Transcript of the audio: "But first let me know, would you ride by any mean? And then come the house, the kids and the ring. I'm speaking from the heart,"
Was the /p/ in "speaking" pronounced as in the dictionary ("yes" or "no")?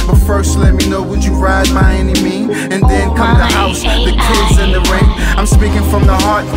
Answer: yes